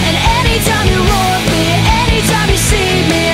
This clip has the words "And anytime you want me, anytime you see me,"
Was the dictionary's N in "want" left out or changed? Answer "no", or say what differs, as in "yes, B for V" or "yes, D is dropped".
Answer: yes, N is dropped